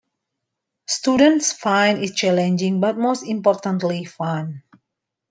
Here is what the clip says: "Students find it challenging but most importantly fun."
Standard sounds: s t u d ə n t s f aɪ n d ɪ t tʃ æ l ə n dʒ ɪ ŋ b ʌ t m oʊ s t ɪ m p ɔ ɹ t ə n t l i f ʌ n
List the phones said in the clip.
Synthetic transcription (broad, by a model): s t u d ə n t s f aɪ n ɪ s tʃ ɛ l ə n dʒ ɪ ŋ b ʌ t m oʊ s t ɪ m p ɔ ɹ t ə n t l i f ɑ n